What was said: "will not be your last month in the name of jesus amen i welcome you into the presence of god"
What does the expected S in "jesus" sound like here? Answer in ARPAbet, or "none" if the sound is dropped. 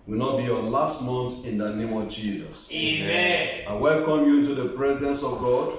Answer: S